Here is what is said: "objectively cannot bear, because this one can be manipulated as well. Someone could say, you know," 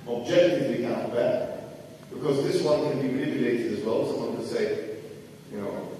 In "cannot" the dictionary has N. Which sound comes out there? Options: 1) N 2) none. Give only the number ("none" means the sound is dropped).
2